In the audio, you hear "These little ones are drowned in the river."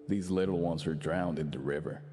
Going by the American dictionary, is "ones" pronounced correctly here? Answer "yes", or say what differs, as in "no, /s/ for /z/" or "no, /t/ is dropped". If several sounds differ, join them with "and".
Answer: yes